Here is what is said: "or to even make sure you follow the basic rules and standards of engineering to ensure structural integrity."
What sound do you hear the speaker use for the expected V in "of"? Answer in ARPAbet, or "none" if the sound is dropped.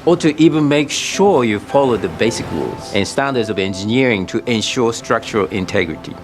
V